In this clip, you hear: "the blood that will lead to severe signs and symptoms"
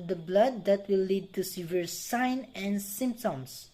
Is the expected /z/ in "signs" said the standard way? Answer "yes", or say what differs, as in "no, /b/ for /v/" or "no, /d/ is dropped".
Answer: no, /z/ is dropped